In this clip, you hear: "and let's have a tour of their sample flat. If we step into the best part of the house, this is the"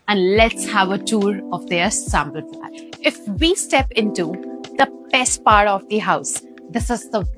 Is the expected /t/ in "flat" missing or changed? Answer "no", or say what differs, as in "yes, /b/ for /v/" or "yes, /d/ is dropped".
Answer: yes, /t/ is dropped